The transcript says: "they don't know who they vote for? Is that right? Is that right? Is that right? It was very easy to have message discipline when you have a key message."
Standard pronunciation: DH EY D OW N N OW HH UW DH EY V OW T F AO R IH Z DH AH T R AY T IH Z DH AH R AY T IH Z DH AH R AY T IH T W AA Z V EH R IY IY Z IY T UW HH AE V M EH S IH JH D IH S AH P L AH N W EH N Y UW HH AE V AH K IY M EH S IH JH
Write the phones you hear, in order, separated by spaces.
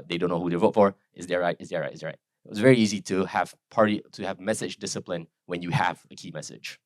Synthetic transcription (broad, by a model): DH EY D OW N N OW HH UW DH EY V OW T F AO R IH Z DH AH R R AY T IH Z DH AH R AY T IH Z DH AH R AY T IH T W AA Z V EH R IY IY Z IY T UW HH AE V M EH S IH JH D IH S AH P L AH N W EH N Y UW HH AE V AH K IY M EH S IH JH